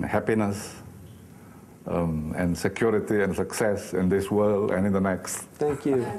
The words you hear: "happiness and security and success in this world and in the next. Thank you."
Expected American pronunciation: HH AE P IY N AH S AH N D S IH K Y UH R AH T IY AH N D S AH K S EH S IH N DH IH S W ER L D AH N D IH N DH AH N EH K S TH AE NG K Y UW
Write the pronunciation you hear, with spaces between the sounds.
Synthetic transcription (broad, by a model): HH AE P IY N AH S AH N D S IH K Y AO R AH T IY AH N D S AH K S EH S IH N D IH S W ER L AH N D IH N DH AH N EH K S T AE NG K Y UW